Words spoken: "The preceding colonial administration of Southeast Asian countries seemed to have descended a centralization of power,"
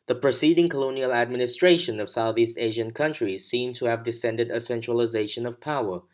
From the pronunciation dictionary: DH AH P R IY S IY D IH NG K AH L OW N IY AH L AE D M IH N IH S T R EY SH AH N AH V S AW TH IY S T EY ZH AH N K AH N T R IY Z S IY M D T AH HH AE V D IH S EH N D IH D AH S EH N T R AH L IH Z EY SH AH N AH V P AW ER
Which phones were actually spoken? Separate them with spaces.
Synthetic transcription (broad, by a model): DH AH P R IY S IY D IH NG K AH L OW N IY AH L AE D M IH N IH S T R EY SH AH N AH V S AW TH IY S T EY ZH AH N K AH N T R IY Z S IY M T AH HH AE V D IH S EH N D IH D AH S EH N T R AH L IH Z EY SH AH N AH V P AW ER